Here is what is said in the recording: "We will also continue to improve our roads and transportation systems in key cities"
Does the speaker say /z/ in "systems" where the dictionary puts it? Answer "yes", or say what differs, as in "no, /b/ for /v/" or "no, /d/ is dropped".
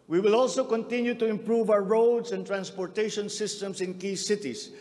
no, /s/ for /z/